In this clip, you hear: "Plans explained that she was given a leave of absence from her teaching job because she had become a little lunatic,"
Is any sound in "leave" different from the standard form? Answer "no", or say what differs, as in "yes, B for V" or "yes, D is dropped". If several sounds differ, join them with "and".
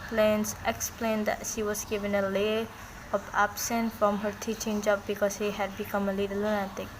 yes, V is dropped